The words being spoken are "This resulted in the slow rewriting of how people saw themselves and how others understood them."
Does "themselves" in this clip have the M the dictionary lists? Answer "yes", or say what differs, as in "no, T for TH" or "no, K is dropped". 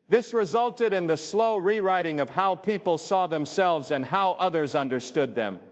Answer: yes